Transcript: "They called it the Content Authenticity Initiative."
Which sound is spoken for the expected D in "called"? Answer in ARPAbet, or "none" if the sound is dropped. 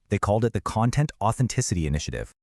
D